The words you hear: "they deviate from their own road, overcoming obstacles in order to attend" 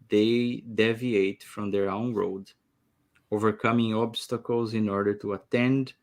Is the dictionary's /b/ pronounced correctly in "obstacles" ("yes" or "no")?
yes